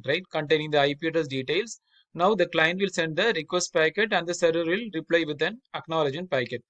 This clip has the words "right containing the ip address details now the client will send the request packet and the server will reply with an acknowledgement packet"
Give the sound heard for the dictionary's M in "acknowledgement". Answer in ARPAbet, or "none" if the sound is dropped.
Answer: none